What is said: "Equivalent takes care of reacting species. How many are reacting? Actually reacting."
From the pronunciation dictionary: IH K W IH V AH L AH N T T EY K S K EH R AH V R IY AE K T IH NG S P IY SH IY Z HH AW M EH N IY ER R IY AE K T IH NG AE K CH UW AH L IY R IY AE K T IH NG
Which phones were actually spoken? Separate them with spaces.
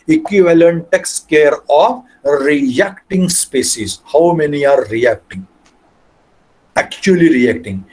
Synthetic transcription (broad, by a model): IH K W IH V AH L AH N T T EY K S K EH R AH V R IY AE K T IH NG S P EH S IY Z HH AW M EH N IY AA R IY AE K T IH NG AE K CH UW AH L IY R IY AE K T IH NG